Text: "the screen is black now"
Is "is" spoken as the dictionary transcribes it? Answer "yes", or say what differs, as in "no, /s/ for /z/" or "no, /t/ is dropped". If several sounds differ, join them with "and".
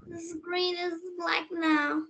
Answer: yes